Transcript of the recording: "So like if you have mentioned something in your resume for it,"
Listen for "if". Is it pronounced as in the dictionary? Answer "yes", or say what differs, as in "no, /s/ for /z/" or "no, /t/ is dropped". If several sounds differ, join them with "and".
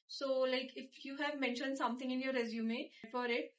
yes